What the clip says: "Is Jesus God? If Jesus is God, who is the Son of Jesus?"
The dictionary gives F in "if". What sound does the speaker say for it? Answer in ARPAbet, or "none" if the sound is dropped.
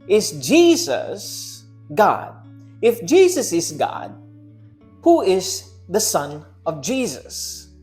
F